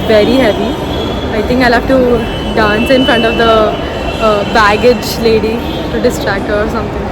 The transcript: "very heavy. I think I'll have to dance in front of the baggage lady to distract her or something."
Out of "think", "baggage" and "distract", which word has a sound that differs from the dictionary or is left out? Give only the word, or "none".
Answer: think